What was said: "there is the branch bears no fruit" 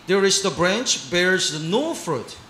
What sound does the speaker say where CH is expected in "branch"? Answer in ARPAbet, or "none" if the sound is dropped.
CH